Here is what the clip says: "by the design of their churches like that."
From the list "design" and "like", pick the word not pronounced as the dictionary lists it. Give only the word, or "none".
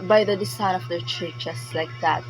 design